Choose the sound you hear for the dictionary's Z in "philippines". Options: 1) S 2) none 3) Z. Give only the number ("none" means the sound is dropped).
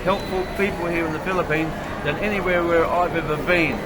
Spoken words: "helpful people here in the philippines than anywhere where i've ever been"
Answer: 3